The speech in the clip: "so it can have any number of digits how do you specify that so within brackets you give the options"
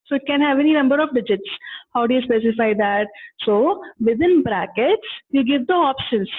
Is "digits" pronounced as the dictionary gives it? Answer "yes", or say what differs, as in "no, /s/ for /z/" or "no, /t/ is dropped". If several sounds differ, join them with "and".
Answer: yes